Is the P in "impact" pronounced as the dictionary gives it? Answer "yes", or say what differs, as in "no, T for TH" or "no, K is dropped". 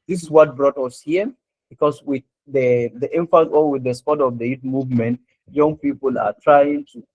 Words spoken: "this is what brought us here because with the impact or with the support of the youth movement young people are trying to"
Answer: no, F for P